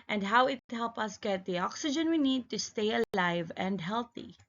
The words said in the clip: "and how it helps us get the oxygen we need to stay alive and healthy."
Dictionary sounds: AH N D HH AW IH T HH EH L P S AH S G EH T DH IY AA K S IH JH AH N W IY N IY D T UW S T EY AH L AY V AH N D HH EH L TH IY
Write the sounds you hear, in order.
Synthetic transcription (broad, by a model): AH N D HH AW IH T HH EH L P AH S G EH T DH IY AA K S IH JH AH N W IY N IY D T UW S T EY AH L AY V AH N D HH EH L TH IY